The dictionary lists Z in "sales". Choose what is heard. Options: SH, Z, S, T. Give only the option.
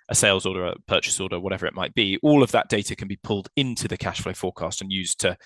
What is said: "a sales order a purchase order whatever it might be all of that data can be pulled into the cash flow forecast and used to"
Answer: Z